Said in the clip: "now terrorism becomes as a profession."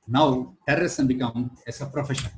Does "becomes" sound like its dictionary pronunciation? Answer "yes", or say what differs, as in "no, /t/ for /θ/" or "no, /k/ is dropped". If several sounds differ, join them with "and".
no, /z/ is dropped